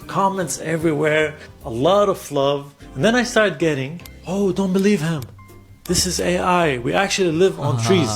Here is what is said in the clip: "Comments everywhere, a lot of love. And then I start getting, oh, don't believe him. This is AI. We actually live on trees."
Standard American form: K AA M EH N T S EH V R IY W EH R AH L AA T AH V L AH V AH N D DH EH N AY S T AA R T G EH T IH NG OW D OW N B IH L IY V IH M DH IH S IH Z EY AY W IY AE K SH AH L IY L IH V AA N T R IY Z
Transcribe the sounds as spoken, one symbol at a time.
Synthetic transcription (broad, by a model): K AA M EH N T S EH V R IY W EH R AH L AA T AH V L AH V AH N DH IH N AY S T AA R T G EH T IH NG OW D OW N B IH L IY V IH M DH IH S IH Z EY AY W IY AE K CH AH L IY L IH V N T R IY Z